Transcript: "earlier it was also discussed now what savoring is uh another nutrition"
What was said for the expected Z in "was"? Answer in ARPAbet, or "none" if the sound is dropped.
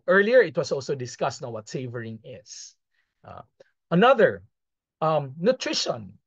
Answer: S